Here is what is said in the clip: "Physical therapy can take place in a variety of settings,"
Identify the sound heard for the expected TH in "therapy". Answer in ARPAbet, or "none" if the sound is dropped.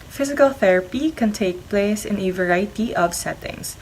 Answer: TH